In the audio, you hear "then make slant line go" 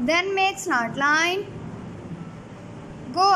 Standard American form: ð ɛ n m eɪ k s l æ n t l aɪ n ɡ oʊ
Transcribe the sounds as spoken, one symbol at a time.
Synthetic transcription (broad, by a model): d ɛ n m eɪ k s n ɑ t l aɪ n ɡ oʊ